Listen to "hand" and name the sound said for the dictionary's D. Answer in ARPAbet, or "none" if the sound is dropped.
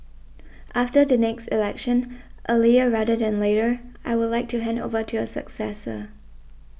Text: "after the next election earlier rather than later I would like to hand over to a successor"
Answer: D